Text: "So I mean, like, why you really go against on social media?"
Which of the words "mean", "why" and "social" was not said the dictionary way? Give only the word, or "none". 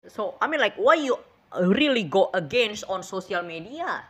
social